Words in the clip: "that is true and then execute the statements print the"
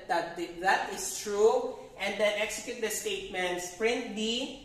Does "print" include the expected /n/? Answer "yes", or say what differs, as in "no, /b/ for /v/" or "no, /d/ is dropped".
yes